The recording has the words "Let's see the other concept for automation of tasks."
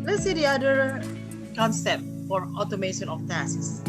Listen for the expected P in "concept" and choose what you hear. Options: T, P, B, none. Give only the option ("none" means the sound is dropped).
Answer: P